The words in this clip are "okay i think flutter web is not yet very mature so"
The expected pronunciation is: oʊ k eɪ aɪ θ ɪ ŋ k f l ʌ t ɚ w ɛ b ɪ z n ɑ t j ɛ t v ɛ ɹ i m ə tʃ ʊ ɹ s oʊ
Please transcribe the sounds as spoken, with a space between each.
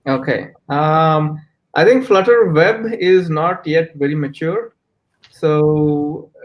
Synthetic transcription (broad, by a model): oʊ k eɪ aɪ t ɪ ŋ k f l ʌ t ɚ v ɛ b ɪ z n ɑ t j ɛ t v ɛ ɹ i m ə tʃ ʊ ɹ s oʊ